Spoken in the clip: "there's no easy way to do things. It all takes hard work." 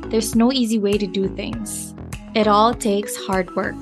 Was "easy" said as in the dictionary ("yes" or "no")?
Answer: yes